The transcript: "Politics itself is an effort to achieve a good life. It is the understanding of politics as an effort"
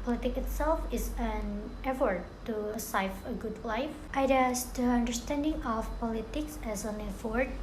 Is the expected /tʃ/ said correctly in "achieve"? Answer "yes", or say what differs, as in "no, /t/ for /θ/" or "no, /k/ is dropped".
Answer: no, /tʃ/ is dropped